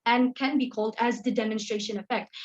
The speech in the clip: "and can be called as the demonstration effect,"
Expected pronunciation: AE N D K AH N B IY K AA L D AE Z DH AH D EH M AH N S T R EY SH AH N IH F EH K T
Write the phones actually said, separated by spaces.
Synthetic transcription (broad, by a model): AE N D K AH N B IY K AA L D AE Z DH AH D EH M AH N S T R EY SH AH N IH F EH K T